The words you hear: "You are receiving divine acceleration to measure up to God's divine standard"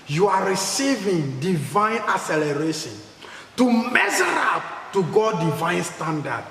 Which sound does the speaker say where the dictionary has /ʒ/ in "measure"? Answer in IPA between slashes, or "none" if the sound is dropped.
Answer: /z/